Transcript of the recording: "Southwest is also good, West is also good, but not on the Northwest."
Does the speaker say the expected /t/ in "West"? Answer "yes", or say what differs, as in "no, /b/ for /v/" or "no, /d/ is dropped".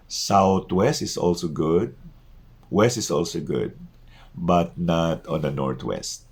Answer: yes